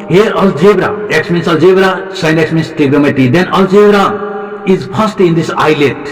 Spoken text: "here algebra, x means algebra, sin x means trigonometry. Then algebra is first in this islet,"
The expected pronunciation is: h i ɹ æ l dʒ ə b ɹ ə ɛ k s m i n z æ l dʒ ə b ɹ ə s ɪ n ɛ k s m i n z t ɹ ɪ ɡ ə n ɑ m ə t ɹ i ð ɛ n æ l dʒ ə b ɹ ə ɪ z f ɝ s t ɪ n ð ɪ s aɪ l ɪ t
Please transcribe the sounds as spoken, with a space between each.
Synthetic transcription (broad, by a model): h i ɹ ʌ l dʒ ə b ɹ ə ɛ k s m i n s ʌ l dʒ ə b ɹ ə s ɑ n ɛ k s m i n s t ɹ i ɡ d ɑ m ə t i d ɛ n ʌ l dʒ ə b ɹ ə ɪ z p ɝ s t ɪ n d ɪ s aɪ l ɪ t